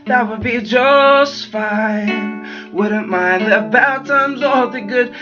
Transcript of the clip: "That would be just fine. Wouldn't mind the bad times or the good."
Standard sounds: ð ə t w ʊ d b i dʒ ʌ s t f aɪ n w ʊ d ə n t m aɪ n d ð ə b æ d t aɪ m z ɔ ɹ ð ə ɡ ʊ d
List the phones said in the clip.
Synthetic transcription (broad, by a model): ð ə t w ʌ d b i dʒ ʌ s t f aɪ n w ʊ d n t m aɪ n ð ə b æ t aɪ m z ɔ l ð ə ɡ ʊ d